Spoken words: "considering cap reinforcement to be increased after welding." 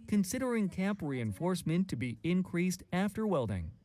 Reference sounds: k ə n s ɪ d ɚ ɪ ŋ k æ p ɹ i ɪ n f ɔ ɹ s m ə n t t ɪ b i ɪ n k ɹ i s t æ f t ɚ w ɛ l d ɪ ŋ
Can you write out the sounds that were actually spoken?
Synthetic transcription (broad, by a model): k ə n s ɪ d ɚ ɪ ŋ k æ p ɹ i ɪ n f ɔ ɹ s m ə n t t ɪ b i ɪ n k ɹ i s t æ f t ɚ w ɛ l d ɪ ŋ